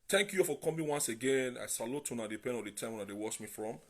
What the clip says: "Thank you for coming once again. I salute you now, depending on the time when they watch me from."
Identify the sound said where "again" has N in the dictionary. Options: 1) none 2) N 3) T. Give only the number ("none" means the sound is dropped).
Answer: 2